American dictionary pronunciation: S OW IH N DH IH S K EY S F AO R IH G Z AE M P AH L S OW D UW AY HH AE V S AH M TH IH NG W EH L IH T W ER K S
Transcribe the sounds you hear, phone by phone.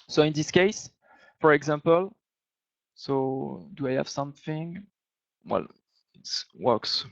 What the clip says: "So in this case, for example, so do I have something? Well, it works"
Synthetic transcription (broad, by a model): S OW IH N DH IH S K EY S F AO R IH G Z AE M P AH L S OW D UW AY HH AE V S AH M TH IH NG W EH L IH T W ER K S